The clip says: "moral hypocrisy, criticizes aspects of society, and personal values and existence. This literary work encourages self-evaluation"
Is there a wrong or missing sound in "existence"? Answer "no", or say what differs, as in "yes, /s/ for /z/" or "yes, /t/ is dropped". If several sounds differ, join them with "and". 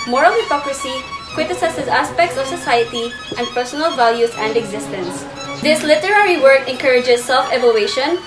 no